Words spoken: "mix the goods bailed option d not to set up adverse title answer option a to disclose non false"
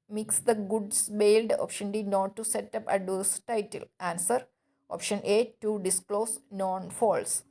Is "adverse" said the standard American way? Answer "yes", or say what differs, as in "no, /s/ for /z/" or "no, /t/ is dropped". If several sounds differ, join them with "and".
no, /v/ is dropped